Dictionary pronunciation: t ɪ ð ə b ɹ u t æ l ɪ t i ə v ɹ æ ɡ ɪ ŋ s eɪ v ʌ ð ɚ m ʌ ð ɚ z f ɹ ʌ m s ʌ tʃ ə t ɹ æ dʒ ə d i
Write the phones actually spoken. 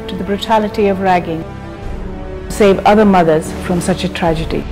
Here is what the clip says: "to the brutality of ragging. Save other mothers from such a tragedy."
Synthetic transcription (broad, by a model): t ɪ ð ə b ɹ u t æ l ɪ t i ə v ɹ æ ɡ ɪ ŋ s eɪ v ʌ ð ɚ m ʌ ð ɚ z f ɹ ʌ m s ʌ tʃ ə t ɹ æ dʒ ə d i